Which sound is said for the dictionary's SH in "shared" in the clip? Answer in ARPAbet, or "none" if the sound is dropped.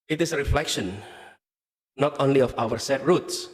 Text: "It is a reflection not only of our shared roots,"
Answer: S